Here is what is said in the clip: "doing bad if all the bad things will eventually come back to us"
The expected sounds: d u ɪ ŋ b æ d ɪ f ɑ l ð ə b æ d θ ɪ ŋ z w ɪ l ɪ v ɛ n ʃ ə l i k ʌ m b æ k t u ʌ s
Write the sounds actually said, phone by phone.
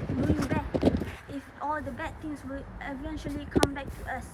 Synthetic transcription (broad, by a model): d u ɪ b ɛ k ɪ f ɑ l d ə b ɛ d t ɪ ŋ s w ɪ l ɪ v ɛ n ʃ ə l i k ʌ m b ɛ k t u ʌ s